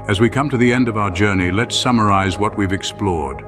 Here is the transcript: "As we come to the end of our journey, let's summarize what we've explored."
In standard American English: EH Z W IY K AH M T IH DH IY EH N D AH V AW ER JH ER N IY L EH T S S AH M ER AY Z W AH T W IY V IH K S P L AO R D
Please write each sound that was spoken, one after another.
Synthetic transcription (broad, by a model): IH Z W IY K AH M T IH DH IY EH N D AH V AW ER JH ER N IY L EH T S S AH M ER AY Z W AH T W IY V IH K S P L AO R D